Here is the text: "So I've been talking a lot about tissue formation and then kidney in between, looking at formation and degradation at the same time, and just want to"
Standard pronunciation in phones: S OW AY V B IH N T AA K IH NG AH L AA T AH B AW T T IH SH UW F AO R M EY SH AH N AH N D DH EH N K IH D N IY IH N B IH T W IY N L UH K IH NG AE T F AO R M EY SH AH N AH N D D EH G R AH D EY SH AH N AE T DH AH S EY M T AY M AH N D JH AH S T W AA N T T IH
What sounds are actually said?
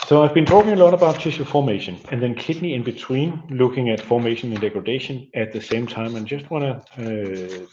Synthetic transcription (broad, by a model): S OW AY V B IH N T AA K IH NG AH L AA T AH B AW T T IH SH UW F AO M EY SH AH N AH N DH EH N K IH D N IY IH N B IH T W IY N L UH K IH NG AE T F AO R M EY SH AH N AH N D D EH G R AH D EY SH AH N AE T DH AH S EY M T AY M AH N JH AH S T W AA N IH